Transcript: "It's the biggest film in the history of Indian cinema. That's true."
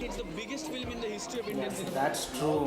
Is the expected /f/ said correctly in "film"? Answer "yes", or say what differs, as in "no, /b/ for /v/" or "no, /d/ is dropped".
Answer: yes